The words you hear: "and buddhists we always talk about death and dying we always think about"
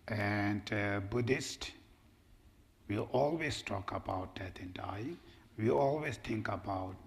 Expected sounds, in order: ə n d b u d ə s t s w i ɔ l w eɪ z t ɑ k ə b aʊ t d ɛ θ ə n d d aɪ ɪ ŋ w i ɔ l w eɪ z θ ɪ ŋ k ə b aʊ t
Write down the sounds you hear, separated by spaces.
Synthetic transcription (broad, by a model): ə n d b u d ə s t w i ɔ l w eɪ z t ɑ k ə b aʊ t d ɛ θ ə n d d aɪ ɪ ŋ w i ɔ l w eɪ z t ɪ ŋ k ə b aʊ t